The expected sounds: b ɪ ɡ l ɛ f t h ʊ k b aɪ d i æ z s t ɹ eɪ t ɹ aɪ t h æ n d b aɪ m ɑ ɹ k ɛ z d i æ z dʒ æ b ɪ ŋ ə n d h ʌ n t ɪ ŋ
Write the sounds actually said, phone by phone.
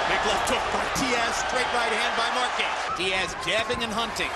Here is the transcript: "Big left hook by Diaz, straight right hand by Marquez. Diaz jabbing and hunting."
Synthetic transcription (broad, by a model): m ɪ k l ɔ t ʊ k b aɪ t i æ s t ɹ eɪ t ɹ aɪ t h æ n d b aɪ m ɑ ɹ k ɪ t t i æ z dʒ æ b ɪ ŋ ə n h ʌ n t ɪ ŋ